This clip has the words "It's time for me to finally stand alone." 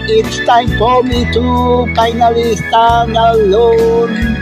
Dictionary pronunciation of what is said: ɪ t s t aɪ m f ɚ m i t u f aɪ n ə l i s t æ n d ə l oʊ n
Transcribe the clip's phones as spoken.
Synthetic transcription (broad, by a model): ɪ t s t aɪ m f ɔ m i t u p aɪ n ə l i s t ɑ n ə l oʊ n